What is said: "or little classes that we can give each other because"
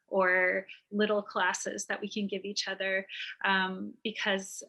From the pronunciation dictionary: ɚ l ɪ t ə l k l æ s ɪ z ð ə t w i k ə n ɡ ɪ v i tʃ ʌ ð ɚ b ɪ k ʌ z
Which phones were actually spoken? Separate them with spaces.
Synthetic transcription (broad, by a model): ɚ l ɪ t l k l æ s ɪ z ð ə t w i k ə n ɡ ɪ v i tʃ ʌ ð ɚ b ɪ k ʌ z